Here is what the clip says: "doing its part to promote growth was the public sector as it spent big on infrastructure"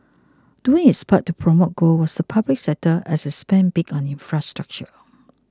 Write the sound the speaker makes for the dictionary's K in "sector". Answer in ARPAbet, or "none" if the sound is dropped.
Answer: none